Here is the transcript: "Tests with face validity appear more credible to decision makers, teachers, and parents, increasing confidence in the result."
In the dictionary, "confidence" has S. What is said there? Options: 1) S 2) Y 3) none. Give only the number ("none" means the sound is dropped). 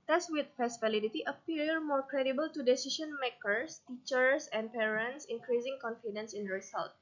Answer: 1